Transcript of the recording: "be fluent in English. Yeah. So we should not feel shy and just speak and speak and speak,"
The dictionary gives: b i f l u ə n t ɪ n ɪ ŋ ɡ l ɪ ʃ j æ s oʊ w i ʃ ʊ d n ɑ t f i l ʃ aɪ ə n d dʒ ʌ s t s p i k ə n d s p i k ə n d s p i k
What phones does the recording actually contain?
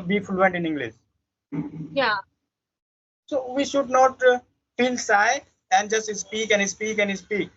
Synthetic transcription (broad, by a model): b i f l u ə n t ɪ n ɪ ŋ ɡ l ɪ ʃ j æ s oʊ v i ʃ ʊ d n ɑ t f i l s aɪ ə n d dʒ ʌ s t s p i k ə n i s p i k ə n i s p i k